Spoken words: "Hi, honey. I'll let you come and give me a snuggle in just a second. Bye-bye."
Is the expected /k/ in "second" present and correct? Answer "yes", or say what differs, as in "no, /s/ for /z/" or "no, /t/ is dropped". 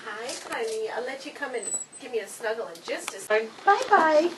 no, /k/ is dropped